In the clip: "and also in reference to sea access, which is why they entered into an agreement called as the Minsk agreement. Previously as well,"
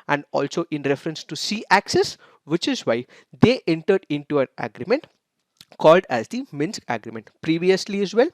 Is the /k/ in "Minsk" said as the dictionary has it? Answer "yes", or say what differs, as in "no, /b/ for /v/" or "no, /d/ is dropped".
yes